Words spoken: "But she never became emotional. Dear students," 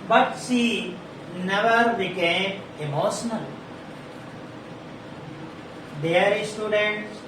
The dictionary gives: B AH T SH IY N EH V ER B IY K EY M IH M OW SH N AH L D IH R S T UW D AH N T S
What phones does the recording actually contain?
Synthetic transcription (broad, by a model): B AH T S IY N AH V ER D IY K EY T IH M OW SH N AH L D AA R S T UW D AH N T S